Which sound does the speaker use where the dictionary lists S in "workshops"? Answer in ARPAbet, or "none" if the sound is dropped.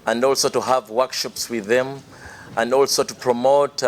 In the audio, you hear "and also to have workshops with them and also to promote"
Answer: S